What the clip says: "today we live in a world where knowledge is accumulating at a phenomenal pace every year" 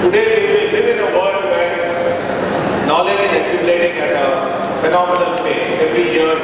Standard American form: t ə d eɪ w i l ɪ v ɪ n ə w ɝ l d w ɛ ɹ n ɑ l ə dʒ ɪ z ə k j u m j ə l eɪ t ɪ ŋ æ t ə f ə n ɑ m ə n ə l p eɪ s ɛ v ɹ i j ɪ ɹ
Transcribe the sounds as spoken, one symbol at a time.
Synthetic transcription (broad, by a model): t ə d eɪ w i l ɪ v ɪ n ə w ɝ d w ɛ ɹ n ɑ l ə dʒ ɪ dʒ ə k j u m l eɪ t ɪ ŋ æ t ə f ə n ɑ m ə n ə l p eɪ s ɛ v ɹ i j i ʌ